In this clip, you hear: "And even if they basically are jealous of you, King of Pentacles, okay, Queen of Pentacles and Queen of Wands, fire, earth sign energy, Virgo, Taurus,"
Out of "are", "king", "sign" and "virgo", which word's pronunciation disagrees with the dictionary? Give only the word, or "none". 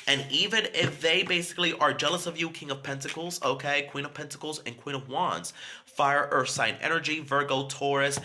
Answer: none